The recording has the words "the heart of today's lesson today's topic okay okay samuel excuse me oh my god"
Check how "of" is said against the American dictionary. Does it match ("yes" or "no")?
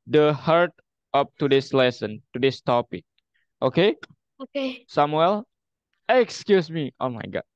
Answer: no